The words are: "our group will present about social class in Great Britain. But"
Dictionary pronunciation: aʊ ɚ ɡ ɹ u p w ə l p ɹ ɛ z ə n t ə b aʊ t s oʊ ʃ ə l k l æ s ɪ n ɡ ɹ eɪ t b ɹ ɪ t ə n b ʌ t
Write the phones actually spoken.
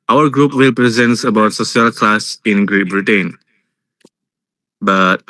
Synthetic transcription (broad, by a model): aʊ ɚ ɡ ɹ u p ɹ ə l p ɹ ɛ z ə n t ə b aʊ t s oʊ s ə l k l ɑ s ɪ n ɡ ɹ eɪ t b ɹ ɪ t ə n b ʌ t